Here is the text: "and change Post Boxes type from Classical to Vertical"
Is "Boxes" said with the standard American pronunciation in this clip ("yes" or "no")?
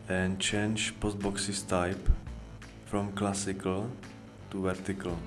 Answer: no